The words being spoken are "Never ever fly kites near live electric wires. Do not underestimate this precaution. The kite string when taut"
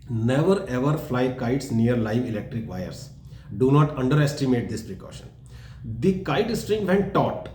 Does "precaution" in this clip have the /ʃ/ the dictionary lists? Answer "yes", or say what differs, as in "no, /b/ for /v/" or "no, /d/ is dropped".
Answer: yes